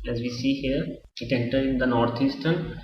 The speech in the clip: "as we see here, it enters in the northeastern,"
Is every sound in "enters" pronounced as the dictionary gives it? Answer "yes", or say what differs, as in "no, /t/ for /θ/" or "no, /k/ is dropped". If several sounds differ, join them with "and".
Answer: no, /z/ is dropped